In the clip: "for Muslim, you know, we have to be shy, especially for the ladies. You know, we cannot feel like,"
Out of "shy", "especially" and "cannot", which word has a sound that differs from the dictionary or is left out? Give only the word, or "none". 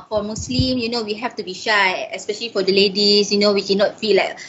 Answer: none